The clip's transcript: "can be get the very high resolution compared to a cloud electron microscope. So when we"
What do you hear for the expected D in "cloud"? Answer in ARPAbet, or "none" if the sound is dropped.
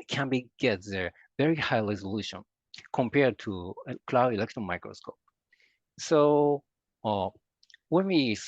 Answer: none